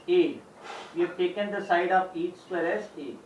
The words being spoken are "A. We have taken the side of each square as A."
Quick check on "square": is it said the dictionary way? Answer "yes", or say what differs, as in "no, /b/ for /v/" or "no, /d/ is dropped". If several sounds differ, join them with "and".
no, /k/ is dropped